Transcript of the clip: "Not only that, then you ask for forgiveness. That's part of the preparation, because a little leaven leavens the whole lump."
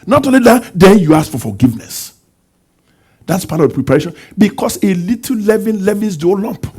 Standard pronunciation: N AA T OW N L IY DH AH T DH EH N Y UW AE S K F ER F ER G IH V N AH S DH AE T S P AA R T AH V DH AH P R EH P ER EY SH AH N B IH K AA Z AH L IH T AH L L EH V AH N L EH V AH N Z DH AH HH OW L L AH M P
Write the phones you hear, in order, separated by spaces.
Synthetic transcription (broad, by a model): N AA T OW N L IY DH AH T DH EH N Y UW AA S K F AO F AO G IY V N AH S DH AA T S P AA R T AH V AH P R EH P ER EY SH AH N B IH K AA S AH L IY T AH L L EH V AH N L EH V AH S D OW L L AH M P